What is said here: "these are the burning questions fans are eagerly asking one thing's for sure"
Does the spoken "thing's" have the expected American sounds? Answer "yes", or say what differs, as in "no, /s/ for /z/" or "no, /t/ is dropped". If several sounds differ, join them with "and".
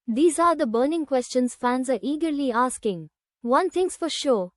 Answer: no, /t/ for /θ/